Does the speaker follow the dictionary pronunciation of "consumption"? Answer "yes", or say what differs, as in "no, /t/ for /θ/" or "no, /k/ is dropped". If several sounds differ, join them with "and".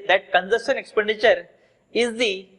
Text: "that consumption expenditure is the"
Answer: no, /m/ is dropped